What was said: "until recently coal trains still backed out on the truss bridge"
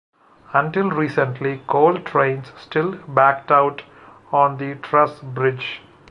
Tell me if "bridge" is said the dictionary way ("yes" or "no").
yes